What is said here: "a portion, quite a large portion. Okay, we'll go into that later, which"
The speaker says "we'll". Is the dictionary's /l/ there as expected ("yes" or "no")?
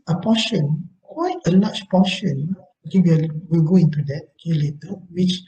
yes